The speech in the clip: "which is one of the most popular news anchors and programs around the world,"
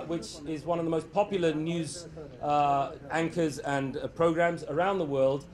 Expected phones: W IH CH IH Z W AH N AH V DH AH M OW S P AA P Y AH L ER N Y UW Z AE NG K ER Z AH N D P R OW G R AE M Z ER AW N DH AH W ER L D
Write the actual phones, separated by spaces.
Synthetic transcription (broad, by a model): W IH CH IH Z W AH N AH V DH AH M OW S P AA P Y L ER N Y UW Z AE NG K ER Z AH N P R OW G R AE M Z ER AW N DH AH W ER L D